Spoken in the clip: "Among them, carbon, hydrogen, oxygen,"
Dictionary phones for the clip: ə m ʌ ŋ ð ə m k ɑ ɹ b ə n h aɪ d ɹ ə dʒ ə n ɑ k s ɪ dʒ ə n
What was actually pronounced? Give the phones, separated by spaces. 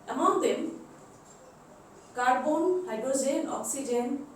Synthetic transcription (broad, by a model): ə m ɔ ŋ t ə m k ɑ ɹ b ə n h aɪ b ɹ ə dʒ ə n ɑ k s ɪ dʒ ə n